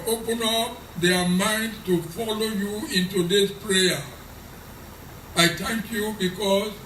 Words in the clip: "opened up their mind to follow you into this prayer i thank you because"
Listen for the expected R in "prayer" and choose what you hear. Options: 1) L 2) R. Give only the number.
2